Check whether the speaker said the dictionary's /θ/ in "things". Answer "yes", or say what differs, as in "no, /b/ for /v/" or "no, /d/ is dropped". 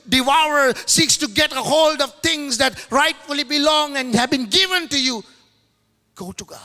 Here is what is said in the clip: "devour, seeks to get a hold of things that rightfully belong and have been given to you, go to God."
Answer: no, /t/ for /θ/